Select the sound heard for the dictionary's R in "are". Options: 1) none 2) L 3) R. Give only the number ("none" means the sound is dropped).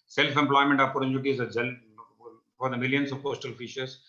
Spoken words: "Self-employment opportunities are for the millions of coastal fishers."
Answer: 2